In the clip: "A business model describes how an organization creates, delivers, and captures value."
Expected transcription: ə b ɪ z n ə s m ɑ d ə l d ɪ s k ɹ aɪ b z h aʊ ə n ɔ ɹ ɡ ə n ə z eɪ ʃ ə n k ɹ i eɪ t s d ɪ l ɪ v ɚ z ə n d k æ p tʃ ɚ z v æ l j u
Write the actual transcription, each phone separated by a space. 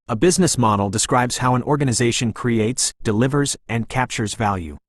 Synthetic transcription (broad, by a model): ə b ɪ z n ə s m ɑ d l d ɪ s k ɹ aɪ b z h aʊ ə n ɔ ɹ ɡ ə n ə z eɪ ʃ ə n k ɹ i eɪ t s d ɪ l ɪ v ɚ z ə n k æ p tʃ ɚ z v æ l j u